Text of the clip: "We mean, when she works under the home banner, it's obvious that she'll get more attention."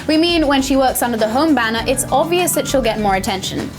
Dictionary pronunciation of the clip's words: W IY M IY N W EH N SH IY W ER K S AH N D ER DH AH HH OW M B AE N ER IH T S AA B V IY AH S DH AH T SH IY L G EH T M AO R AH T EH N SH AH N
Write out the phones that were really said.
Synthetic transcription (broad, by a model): W IY M IY N W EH N SH IY W ER K S AH N D ER DH AH HH OW M B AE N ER IH T S AA B V IY AH S DH AH T SH IY L G EH T M AO R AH T EH N SH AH N